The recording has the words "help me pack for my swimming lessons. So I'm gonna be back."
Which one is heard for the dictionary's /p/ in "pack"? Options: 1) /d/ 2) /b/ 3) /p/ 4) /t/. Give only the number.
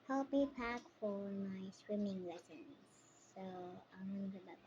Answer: 3